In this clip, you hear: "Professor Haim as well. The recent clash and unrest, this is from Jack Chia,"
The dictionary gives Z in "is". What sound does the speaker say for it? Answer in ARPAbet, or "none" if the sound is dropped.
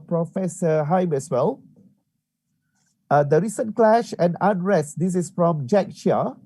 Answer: S